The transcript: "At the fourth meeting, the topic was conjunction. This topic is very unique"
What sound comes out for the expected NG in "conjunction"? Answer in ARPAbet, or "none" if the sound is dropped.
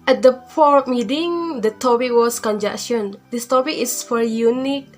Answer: none